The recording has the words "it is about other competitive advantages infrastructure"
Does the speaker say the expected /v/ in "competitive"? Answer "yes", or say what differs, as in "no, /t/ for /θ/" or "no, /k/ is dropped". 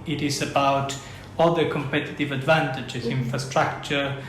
yes